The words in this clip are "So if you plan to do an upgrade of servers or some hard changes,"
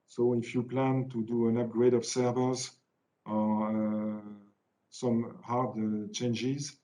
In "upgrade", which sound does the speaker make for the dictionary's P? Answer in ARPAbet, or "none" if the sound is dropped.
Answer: P